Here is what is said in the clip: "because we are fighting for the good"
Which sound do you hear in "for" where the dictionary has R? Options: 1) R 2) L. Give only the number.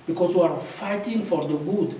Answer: 1